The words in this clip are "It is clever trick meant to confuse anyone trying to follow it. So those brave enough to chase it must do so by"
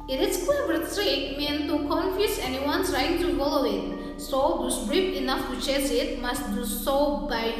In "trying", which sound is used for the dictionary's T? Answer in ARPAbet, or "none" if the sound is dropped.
S